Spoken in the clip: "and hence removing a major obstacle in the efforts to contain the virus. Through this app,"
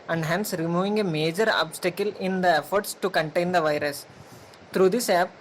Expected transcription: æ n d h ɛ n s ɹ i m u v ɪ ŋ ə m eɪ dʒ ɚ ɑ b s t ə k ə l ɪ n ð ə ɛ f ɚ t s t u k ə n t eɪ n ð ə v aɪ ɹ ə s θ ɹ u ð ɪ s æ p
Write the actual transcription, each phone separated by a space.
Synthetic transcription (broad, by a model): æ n d h ɛ n s ɹ i m u v ɪ ŋ ə m eɪ dʒ ɚ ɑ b s t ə k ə l ɪ n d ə ɛ f ɚ t s t u k ə n t eɪ n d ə v aɪ ɹ ə s t ɹ u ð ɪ s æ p